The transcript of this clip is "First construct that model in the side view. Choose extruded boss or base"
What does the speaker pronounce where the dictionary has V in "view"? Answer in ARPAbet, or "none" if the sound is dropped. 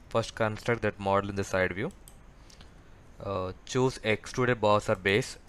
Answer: V